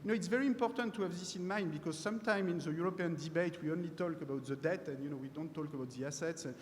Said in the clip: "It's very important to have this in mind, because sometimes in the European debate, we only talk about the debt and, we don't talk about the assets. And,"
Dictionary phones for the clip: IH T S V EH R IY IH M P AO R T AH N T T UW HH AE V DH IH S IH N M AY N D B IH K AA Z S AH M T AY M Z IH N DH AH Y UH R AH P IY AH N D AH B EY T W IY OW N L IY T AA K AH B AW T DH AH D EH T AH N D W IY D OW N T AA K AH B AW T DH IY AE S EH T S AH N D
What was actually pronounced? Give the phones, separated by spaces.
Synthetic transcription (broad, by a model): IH T S V EH R IY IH M P AO R T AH N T T UW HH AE V DH IH S IH N M AY N D B IH K AA Z S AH M T AY M IH N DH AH Y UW R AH P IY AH N D AH B EY T W IY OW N L IY T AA K AH B AW T DH AH D EH T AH N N W IY D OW N T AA K AH B AW T DH IY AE S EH T S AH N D